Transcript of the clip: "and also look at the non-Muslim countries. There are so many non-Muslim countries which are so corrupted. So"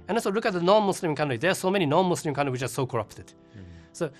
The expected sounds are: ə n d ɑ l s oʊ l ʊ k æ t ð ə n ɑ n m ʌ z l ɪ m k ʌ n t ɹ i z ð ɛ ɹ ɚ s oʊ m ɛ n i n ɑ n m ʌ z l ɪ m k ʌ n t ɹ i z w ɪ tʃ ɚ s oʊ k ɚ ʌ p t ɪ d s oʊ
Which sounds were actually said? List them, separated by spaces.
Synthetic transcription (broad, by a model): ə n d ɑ s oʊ l ʊ k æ t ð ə n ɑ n m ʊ s l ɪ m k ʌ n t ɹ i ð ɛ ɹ s oʊ m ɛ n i n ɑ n m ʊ s l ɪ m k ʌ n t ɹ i w ɪ tʃ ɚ s oʊ k ɚ ʌ p t ɪ d s oʊ